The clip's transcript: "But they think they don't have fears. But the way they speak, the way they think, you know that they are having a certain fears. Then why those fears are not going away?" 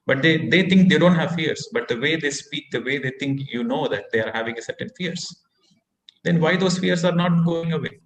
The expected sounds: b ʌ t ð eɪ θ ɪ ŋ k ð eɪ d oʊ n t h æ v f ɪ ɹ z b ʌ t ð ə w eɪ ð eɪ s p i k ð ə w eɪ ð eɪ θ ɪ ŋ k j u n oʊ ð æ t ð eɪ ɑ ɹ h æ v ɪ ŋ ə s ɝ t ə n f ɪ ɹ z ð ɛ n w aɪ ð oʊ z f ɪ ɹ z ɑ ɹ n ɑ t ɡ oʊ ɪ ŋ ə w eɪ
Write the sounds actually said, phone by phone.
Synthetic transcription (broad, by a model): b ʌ t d eɪ t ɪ ŋ k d eɪ d oʊ n t h æ v f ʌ ɹ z b ʌ t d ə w eɪ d eɪ s p i k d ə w eɪ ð eɪ t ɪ ŋ k j u n oʊ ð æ t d eɪ ɑ ɹ h æ v ɪ ŋ ə s ɝ t ə n f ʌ ɹ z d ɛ n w aɪ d oʊ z f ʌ ɹ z ɑ ɹ n ɑ t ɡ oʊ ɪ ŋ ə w eɪ